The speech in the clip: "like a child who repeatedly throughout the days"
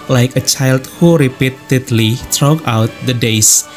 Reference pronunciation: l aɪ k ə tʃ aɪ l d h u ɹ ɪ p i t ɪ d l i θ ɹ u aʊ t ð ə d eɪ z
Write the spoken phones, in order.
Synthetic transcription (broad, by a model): l aɪ k ə tʃ aɪ l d h u ɹ ɪ p i t ɪ d l i t ɹ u aʊ t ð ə d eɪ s